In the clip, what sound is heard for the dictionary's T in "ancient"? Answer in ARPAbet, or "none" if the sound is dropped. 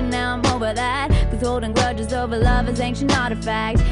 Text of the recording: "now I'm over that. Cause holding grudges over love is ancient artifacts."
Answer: none